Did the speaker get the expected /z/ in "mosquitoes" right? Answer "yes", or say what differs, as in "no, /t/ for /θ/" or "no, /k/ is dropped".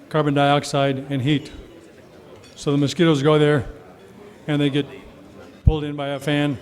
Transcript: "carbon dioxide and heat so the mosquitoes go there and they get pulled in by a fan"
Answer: yes